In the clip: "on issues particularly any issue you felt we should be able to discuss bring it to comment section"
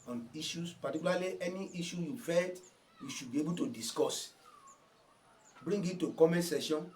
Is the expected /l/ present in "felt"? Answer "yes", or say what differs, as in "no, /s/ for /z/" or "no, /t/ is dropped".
no, /l/ is dropped